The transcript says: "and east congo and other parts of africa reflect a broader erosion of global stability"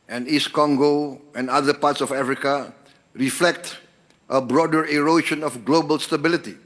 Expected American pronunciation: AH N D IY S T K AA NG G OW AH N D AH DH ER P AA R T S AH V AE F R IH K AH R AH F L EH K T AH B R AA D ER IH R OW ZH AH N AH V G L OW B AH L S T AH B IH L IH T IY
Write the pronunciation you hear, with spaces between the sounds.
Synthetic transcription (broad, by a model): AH N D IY S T K AA NG G OW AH N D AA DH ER P AA T S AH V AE F R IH K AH R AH F L EH K T AH B R AA D ER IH R OW SH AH N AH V G L OW B AH L S T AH B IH L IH T IY